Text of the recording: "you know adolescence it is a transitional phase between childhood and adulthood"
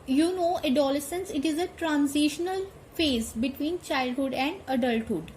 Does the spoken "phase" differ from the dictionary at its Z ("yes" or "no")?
no